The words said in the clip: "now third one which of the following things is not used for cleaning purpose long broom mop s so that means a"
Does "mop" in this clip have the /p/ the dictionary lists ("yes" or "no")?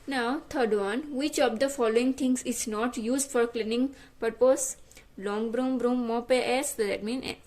yes